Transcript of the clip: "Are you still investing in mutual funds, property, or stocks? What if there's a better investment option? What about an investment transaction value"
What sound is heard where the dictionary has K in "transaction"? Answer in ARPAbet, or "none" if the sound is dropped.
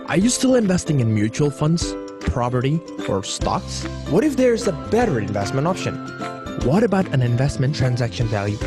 K